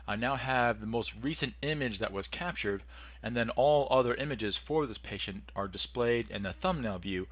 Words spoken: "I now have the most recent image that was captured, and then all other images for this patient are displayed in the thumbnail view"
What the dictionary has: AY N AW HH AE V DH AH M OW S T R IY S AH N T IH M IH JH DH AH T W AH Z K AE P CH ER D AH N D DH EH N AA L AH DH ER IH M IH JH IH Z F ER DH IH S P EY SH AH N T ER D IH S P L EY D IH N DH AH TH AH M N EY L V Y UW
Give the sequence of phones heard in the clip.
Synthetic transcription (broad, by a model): AY N AW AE V DH AH M OW S T R IY S AH N T IH M IH JH DH AH T W AH Z K AE P CH ER D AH N DH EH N AA L AH DH ER IH M IH JH IH Z F ER DH IH S P EY SH AH N T ER D IH S P L EY D IH N DH AH TH AH M N EY L V Y UW